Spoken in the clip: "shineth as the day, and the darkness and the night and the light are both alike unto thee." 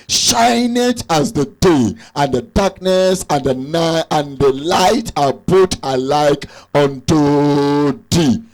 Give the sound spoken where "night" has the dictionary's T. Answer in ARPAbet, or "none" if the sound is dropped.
none